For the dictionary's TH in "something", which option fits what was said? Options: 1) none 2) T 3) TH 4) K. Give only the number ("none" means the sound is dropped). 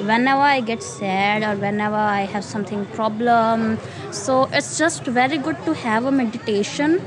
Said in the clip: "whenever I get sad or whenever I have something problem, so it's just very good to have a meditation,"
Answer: 2